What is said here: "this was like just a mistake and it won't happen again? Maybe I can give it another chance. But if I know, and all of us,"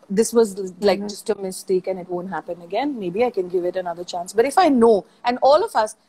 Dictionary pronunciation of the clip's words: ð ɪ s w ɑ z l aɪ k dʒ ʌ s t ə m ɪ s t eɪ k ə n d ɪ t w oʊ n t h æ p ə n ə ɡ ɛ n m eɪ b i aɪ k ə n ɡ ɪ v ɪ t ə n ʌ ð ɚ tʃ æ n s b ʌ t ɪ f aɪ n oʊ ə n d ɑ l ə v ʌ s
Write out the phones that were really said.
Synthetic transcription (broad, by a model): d ɪ s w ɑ z l aɪ k dʒ ʌ s t ə m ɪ s t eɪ k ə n ɪ t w oʊ n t h æ p ə n ə ɡ ɛ n m eɪ b i aɪ k ə n ɡ ɪ v ɪ t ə n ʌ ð ɚ tʃ æ n s b ʌ t ɪ f aɪ n oʊ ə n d ɑ l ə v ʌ s